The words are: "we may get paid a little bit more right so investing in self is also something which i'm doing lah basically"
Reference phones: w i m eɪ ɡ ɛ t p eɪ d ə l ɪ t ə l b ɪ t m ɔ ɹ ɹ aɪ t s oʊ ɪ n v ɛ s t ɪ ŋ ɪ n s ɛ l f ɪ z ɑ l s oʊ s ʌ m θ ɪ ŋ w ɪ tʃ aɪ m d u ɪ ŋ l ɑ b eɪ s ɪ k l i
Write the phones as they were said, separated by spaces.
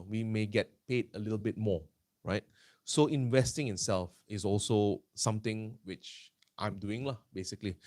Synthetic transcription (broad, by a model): w i m eɪ ɡ ɛ t p eɪ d ə l ɪ t ə l b ɪ t m ɔ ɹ ɹ aɪ t s oʊ ɪ n v ɛ s t ɪ ŋ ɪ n s ɛ l f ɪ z ɑ l s oʊ s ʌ m t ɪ ŋ w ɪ tʃ aɪ m d u ɪ ŋ l ɑ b eɪ s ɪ k l i